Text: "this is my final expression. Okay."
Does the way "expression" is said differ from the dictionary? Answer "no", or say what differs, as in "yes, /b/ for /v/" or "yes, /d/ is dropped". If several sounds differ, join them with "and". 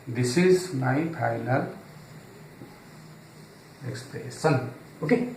yes, /s/ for /ʃ/